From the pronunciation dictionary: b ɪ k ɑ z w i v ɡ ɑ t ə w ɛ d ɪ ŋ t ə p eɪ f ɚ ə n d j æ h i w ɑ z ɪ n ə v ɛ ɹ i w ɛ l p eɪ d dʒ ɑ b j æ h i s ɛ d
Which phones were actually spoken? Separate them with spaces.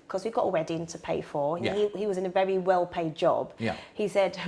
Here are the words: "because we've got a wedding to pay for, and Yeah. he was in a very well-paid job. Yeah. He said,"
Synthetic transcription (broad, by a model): k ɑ z w i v ɡ ɑ t ə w ɛ d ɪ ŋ t ə p eɪ f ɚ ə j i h i w ɑ z ɪ n ə v ɛ ɹ i w ɛ l p eɪ d dʒ ɑ b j h i s ɛ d